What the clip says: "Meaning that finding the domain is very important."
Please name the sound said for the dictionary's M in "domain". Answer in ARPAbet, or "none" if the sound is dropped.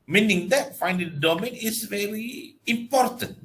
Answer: M